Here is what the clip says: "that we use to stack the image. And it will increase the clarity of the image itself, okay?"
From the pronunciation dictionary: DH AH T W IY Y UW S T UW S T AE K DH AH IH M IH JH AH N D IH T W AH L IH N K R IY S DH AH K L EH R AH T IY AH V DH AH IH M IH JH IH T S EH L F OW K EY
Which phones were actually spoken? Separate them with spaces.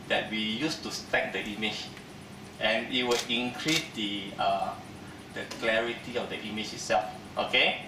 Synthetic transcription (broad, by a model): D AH T W IY Y UW S T UW S T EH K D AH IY M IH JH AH N IH T W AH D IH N K R IY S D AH K L EH R AH T IY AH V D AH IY M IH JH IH T S EH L F OW K EY